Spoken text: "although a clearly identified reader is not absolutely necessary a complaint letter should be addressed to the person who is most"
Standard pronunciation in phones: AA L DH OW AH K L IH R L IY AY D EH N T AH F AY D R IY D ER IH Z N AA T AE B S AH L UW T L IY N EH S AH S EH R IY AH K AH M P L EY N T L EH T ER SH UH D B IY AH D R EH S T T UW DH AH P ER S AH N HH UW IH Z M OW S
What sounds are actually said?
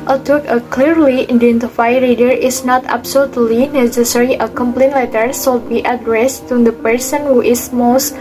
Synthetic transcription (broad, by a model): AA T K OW AH K L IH R L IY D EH N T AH F AY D R IY D ER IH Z N AA T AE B S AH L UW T L IY N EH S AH S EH R IY AH K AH M P L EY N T L EH T ER S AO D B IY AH D R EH S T T UW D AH P ER S AH N HH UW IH S M OW S